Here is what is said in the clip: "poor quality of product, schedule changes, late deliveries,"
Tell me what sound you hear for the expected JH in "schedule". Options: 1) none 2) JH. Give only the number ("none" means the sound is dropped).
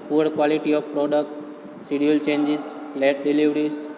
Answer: 1